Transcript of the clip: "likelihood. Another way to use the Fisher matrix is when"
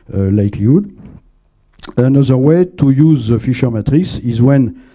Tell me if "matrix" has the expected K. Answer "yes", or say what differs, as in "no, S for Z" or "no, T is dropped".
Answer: no, K is dropped